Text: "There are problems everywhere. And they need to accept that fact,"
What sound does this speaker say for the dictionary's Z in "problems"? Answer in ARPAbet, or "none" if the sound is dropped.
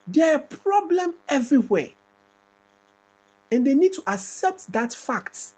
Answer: none